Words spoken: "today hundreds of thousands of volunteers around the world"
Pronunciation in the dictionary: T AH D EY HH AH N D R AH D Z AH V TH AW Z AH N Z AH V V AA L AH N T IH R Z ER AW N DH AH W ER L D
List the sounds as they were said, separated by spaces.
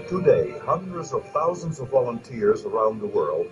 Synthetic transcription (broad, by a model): T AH D EY HH AH N D R AH D Z AH V TH AW Z AH N Z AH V V AA L AH N T IH R Z ER AW N DH AH W ER L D